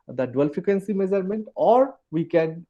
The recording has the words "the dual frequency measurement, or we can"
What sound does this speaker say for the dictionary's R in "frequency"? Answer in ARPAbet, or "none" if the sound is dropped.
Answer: none